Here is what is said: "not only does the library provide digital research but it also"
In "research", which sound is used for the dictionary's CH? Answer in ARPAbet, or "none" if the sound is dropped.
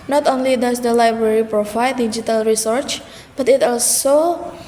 CH